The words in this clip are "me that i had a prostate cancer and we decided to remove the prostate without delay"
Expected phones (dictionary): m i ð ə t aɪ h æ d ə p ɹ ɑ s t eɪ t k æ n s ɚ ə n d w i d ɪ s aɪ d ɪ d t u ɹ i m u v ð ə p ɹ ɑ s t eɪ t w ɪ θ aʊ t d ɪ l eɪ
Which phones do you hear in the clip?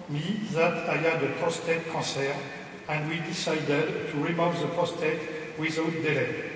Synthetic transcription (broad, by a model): m i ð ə t aɪ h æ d ə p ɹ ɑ s t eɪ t k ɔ s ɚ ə n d w i d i s aɪ d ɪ d t u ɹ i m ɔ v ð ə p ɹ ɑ s t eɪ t w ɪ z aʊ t d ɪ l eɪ